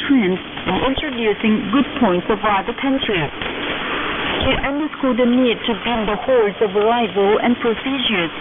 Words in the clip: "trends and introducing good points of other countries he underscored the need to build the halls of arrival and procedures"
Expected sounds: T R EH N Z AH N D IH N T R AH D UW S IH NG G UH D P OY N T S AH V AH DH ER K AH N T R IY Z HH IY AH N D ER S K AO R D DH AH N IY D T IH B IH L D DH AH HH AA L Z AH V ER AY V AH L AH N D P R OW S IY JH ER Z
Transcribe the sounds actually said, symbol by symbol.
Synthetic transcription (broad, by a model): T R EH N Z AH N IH N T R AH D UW S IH NG G UH D P OY N T S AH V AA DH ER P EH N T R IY HH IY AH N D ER S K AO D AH N IY D T IH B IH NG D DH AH HH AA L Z AH V ER AY V AH L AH N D P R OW S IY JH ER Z